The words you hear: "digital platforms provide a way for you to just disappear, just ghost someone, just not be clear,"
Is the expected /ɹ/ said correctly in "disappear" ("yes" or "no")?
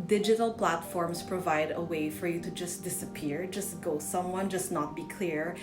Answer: yes